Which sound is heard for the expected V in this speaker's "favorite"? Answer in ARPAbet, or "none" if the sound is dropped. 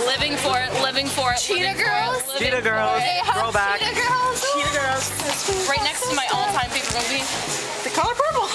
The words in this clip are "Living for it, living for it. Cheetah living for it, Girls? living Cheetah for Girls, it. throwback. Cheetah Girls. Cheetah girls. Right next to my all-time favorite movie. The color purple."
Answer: P